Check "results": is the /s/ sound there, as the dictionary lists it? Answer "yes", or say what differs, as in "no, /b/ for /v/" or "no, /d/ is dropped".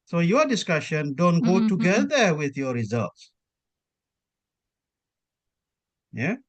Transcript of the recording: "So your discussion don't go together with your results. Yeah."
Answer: yes